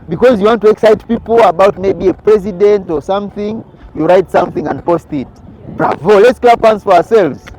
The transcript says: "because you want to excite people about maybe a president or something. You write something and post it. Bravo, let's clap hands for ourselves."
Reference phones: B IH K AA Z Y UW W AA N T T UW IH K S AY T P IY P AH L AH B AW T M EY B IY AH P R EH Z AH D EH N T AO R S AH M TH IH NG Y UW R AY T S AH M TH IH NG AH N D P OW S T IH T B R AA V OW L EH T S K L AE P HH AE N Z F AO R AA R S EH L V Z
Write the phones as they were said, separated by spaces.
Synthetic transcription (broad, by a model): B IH K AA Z Y UW W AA N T T UW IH K S AY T P IY P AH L AH B AW T M EY B IY AH P R EH Z AH D EH N T AO R S AH M TH IH NG Y UW R AY T S AH M TH IH NG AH N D P OW S T IH T B R AA V OW L EH T S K L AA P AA N S F AO R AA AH S EH L V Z